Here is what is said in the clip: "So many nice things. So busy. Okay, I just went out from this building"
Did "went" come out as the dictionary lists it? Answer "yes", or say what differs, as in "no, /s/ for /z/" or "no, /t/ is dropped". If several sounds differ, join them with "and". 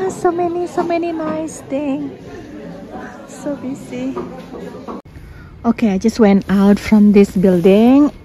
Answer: yes